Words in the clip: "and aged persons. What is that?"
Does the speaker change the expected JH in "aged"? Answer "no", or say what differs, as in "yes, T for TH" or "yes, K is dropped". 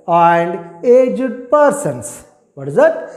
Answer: no